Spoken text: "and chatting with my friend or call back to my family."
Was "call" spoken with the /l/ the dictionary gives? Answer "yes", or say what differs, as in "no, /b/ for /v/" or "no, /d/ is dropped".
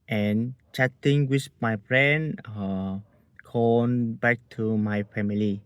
no, /n/ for /l/